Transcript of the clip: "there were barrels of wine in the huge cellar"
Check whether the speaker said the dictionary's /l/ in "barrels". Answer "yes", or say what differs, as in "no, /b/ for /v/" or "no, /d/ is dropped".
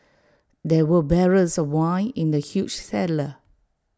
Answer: no, /l/ is dropped